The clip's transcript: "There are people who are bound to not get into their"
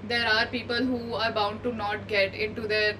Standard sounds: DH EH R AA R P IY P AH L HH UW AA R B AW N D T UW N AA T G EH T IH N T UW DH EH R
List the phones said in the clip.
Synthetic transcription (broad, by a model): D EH R AA R P IY P AH L HH UW AA R B AW N D T UW N AA T G EH T IH N T UW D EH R